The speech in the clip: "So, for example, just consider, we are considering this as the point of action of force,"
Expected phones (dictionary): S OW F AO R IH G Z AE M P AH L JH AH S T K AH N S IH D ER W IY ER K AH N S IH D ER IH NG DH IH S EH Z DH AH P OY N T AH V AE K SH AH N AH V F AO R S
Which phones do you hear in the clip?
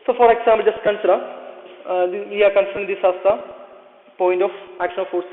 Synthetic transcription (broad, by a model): S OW F AO R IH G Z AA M AH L JH AH S T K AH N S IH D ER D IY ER K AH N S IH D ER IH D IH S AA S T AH P OY N T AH F AE K SH AH N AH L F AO R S